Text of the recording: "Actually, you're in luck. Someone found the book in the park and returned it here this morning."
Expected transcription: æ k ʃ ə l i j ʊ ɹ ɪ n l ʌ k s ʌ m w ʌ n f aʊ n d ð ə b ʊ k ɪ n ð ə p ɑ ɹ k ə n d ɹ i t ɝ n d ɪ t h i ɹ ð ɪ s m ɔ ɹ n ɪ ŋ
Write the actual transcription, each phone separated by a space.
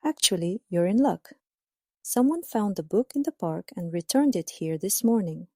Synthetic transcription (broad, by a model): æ k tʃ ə l i j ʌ ɹ ɪ n l ʌ k s ʌ m w ʌ n f aʊ n d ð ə b ʊ k ɪ n ð ə p ɑ ɹ k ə n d ɹ i t ɝ n d ɪ t h i ɹ ð ɪ s m ɔ ɹ n ɪ ŋ